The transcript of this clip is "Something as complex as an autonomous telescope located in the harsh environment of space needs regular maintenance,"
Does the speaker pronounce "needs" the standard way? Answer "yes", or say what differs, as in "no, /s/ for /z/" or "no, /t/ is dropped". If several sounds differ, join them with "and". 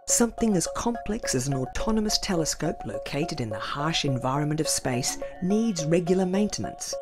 yes